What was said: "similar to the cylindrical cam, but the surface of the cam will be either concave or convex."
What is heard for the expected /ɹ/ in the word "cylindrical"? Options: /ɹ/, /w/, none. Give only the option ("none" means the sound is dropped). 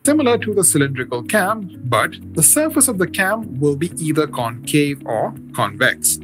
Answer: /ɹ/